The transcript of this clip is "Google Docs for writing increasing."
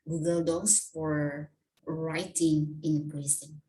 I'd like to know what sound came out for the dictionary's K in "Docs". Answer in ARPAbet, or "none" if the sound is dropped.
none